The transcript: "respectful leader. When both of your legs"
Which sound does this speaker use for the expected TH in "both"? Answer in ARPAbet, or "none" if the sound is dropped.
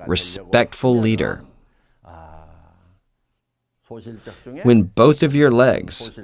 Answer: TH